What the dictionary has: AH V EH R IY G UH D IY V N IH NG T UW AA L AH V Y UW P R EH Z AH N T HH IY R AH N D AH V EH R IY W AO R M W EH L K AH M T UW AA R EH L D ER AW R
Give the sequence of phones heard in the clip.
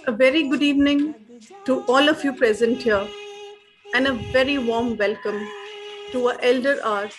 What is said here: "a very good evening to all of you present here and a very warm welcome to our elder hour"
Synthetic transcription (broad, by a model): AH V EH R IY G UH D IY V N IH NG T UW AA L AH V Y UW P R EH Z AH N T HH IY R AH N D AH V EH R IY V AO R M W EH L K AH M T UW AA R EH L D ER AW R